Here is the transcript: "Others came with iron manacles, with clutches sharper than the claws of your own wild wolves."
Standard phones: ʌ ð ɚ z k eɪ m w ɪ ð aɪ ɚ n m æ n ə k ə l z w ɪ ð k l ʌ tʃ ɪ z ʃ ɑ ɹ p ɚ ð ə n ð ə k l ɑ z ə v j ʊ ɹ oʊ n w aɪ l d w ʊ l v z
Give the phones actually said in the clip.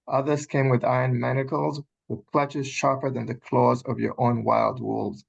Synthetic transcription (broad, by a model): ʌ ð ɚ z k eɪ m w ɪ ð aɪ ɚ n m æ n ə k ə l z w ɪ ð k l ʌ tʃ ɪ z ʃ ɑ ɹ p ɚ ð ə n ð ə k l ɑ z ə v j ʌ ɹ oʊ n w aɪ l d w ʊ l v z